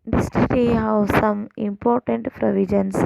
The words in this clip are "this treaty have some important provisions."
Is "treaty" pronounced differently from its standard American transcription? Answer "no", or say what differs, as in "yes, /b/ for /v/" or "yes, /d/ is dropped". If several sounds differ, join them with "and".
yes, /ɹ/ is dropped